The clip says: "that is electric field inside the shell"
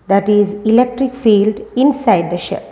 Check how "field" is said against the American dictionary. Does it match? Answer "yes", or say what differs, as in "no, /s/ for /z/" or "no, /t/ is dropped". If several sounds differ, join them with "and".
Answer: yes